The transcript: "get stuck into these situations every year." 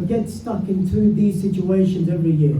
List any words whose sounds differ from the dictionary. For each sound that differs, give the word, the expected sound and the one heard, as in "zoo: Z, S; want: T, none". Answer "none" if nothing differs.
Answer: none